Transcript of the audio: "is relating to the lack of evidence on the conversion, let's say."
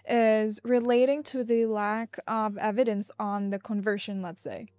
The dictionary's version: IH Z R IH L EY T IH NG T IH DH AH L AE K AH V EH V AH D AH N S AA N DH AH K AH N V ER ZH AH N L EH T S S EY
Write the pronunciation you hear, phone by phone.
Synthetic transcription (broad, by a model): IH Z R IH L EY T IH NG T IH DH AH L AE K AH V EH V AH D AH N S N DH AH K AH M V ER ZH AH N L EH T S S EY